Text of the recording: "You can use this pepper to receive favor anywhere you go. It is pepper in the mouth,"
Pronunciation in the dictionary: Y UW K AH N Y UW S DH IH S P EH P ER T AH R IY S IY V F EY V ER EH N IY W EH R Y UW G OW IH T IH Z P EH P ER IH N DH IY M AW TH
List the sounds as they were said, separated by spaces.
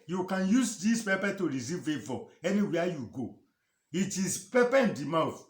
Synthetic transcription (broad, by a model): Y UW K AH N Y UW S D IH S P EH P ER T AH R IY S IY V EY F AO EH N IY W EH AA Y UW G OW IH T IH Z P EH P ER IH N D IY M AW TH